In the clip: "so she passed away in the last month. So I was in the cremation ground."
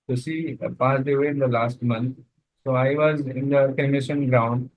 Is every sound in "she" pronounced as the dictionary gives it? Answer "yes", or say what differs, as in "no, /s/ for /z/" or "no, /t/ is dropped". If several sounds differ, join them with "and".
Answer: no, /s/ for /ʃ/